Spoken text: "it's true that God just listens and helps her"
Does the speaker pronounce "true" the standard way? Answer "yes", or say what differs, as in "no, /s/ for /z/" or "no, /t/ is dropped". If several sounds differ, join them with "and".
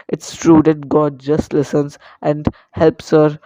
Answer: yes